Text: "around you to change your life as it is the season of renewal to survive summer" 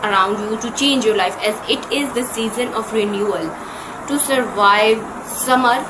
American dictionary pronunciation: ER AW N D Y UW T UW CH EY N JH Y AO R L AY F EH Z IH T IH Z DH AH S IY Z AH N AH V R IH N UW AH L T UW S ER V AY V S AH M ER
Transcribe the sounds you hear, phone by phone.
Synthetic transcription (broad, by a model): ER AW N D Y UW T UW CH EY N JH Y AO R L AY F EH Z IH T IH Z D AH S IY Z AH N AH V R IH N UW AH L T UW S ER V AY V S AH M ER